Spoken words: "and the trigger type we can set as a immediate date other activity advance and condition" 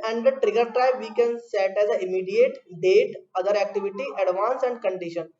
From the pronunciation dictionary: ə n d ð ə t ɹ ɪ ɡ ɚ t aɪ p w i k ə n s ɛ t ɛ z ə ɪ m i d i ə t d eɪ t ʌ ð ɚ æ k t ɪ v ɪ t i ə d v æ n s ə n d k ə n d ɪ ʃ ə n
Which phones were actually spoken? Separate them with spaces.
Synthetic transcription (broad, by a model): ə n d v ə t ɹ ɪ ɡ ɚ t aɪ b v i k ə n s ɛ t ɛ z ə ɪ m i d i ə t d eɪ t ʌ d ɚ æ k t ɪ v ɪ t i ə d v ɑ n s ə n d k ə n d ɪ ʃ ə n